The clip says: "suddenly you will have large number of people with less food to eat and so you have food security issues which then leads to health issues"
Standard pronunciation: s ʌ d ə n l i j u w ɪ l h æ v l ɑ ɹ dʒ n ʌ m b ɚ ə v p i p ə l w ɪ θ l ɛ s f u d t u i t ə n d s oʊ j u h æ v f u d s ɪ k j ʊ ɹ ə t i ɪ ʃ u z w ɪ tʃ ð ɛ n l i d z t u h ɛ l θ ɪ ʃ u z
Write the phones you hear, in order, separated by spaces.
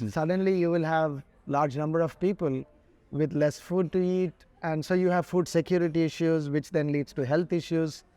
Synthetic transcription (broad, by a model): s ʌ d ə n l i j u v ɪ l h æ v l ɑ ɹ dʒ n ʌ m b ɚ ə v p i p ə l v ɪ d l ɛ s f u d t u i t ə n d s oʊ j u h æ v f u d s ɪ k j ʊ ɹ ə t i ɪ ʃ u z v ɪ tʃ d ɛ n l i d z t u h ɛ l t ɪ ʃ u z